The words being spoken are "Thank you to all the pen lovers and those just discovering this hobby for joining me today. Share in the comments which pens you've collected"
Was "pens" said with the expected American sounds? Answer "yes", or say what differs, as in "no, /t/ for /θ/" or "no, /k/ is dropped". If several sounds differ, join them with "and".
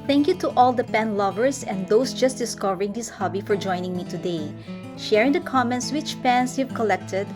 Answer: no, /s/ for /z/